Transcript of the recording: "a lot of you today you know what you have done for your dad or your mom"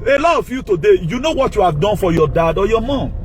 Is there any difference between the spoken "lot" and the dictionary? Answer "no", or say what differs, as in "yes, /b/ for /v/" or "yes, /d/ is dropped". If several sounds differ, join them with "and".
yes, /t/ is dropped